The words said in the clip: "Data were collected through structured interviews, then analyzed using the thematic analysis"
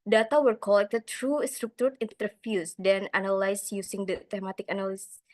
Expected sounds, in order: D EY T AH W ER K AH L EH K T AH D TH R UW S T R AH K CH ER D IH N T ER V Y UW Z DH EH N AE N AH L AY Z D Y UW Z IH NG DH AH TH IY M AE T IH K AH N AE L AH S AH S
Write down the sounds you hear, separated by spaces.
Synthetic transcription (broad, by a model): D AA T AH W ER K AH L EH K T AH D T R UW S T R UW K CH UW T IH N T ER F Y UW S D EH N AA N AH L AY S Y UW S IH NG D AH T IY M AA T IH K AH N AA L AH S S